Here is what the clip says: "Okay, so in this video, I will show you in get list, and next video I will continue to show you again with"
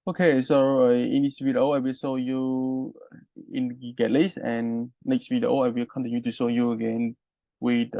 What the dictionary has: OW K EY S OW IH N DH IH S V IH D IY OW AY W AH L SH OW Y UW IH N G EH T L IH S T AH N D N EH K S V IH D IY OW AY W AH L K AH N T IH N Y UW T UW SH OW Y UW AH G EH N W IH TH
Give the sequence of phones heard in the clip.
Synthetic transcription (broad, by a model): OW K EY S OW IH N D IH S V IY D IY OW AY W AH L S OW Y UW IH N G EH T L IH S AH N N EH K S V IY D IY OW AY W AH L K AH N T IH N Y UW T UW S OW Y UW AH G EH N W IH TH